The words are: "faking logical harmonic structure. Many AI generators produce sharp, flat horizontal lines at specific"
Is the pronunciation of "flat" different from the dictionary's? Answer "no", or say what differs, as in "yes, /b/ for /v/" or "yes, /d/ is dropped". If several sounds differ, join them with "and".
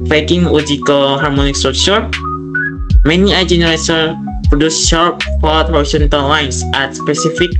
yes, /l/ is dropped